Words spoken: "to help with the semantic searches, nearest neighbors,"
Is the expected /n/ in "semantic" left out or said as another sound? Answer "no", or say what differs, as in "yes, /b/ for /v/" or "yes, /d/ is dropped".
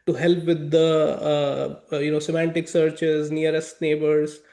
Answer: no